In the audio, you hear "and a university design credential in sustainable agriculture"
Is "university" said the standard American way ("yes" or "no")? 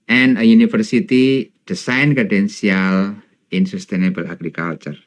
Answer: no